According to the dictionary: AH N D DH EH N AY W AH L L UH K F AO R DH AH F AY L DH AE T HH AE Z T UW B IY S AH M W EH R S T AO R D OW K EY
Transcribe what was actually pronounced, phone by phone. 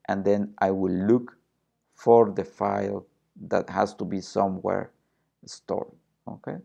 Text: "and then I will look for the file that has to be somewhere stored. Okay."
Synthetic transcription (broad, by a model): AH N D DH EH N AY W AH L L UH K F AO R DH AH F AY L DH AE T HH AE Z T UW B IY S AH M W EH R S T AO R OW K EY